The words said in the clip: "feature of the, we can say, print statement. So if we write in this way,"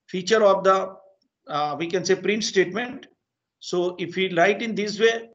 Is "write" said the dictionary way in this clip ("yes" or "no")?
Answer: no